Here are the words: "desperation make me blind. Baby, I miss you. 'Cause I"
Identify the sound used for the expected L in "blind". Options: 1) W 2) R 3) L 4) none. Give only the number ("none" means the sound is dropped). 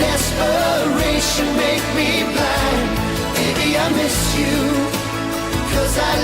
4